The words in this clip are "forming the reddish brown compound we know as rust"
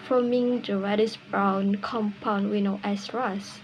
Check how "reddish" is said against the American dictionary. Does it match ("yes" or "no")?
no